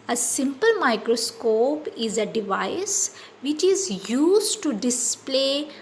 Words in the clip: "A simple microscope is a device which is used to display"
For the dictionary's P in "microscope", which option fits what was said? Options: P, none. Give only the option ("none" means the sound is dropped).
P